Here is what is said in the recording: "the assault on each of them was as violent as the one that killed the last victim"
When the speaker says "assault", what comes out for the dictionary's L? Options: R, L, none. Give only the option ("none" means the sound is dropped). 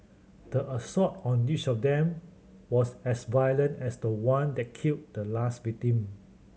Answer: none